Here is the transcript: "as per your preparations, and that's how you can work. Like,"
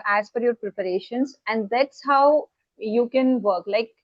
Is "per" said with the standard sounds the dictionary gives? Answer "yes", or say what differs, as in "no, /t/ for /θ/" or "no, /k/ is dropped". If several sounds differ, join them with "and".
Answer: no, /f/ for /p/